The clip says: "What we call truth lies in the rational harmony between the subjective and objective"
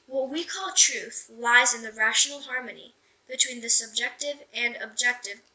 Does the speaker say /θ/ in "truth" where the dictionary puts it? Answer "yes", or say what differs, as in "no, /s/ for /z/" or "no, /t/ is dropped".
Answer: yes